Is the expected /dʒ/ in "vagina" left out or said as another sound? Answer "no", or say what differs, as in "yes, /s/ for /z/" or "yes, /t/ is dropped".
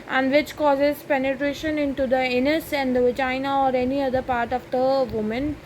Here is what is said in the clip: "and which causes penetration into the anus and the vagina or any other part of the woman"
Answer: yes, /dʒ/ is dropped